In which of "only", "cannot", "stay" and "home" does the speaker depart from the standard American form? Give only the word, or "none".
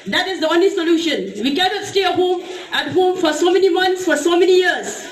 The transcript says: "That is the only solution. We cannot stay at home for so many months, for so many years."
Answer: none